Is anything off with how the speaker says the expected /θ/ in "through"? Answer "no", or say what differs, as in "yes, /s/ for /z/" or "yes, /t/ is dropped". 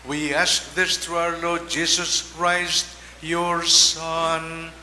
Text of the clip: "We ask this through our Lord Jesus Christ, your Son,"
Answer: yes, /t/ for /θ/